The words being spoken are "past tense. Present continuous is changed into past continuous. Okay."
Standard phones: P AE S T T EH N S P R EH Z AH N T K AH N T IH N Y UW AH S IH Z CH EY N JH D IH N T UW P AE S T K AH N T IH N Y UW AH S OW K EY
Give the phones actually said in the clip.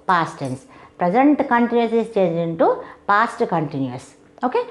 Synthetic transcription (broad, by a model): P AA S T T EH N S P R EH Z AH N T K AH N T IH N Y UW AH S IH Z CH EY N JH IH N T UW P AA S T K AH N T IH N Y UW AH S OW K EY